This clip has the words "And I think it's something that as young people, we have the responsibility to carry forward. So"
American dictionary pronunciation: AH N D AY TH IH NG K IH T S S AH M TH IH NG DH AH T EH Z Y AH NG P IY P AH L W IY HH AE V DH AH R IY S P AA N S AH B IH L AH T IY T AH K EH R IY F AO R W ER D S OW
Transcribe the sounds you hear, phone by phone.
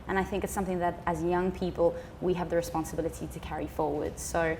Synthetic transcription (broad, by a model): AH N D AY TH IH NG K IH T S S AH M TH IH NG DH AH T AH Z Y AH NG P IY P AH L W IY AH V DH AH R IY S P AA N S AH B IH L AH T IY T AH K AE R IY F AO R W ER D S OW